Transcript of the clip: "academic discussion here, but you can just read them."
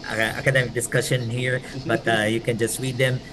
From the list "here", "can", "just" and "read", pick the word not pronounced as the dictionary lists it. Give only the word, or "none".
read